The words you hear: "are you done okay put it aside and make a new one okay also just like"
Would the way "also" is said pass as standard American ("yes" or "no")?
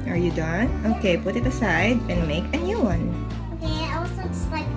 no